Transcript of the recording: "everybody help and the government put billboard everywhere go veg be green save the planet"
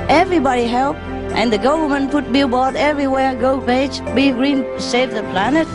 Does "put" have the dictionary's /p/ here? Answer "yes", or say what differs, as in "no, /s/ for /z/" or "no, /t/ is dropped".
no, /f/ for /p/